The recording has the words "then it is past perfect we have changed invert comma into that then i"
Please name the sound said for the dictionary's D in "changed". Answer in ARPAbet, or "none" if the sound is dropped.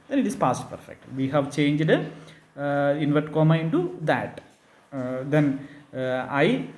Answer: D